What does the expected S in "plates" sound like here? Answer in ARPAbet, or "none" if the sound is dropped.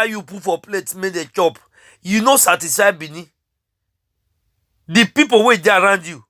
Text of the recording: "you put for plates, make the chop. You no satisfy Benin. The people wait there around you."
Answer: none